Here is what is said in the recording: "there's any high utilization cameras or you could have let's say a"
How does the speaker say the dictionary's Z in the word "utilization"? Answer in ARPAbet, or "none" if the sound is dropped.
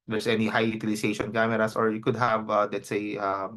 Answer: S